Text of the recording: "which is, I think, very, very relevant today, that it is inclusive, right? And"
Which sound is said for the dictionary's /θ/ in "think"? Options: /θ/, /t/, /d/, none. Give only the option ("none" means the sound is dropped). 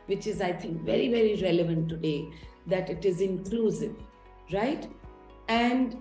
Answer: /t/